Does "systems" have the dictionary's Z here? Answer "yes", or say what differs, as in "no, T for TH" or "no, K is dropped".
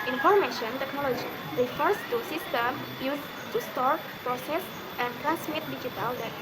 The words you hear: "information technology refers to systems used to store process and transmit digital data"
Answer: no, Z is dropped